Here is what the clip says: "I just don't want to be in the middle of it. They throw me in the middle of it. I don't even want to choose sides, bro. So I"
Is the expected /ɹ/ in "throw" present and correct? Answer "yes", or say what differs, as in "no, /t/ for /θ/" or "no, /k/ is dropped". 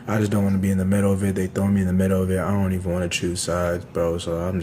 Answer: no, /ɹ/ is dropped